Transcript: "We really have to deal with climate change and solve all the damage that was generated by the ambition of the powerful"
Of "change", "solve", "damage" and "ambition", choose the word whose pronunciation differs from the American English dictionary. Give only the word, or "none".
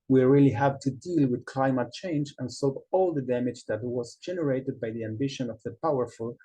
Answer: solve